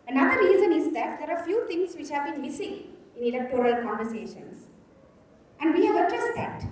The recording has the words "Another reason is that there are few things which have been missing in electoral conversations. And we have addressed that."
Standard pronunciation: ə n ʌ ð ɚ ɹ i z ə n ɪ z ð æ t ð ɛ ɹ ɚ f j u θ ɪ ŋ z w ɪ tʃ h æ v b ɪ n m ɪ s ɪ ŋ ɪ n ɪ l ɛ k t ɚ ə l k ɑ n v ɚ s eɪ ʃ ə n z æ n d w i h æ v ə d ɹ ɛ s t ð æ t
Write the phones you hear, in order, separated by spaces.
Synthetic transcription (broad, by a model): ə n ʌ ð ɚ ɹ i z ə n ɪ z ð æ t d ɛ ɹ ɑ f j u t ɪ ŋ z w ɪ tʃ h æ v b ɪ n m ɪ s ɪ ŋ ɪ n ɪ l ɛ k t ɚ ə l k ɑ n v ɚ s eɪ ʃ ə n s æ n d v i h æ v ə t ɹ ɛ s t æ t